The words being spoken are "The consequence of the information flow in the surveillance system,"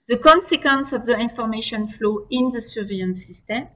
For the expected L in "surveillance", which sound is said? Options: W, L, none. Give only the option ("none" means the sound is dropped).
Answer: none